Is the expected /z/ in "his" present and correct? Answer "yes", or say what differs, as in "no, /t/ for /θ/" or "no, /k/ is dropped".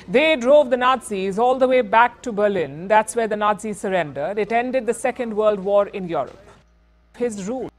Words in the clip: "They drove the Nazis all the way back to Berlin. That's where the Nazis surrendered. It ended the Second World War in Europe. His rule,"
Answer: yes